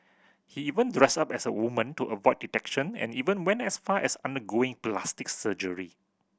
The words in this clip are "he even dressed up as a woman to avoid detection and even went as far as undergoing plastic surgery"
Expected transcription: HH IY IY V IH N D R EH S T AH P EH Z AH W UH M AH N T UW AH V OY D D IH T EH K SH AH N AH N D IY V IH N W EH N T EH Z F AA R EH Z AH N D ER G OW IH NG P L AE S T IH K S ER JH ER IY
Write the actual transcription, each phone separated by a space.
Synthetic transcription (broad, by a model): HH IY IY V IH N D R EH S AA P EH S AH W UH M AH N T UW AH V OY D D IH T EH K SH AH N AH N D IY V IH N W EH N T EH S F AA EH S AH N D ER G OW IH NG P L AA S T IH K S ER JH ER IY